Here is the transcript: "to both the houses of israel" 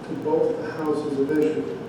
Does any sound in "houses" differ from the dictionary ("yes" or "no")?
no